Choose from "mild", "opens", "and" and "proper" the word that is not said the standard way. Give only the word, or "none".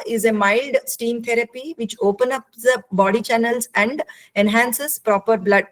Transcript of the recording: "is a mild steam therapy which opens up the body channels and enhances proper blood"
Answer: opens